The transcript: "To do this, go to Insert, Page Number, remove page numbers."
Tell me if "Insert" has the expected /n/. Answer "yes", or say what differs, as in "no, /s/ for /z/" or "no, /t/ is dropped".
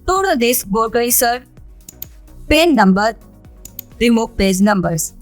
no, /n/ is dropped